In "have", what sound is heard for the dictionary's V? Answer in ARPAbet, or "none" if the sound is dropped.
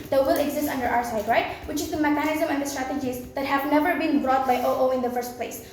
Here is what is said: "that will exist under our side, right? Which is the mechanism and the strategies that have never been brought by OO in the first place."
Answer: V